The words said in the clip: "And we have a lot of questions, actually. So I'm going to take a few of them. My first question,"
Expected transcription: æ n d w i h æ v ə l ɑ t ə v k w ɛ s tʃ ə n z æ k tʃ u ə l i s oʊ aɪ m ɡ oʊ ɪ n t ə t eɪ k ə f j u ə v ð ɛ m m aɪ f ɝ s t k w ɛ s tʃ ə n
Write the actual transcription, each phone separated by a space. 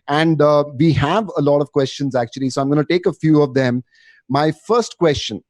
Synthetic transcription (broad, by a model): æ n d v i h æ v ə l ɑ t ə v k w ɛ s tʃ ə n z æ k tʃ u ə l i s oʊ aɪ m ɡ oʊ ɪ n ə t eɪ k ə f j u ə v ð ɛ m m aɪ f ɝ s t k w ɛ s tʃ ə n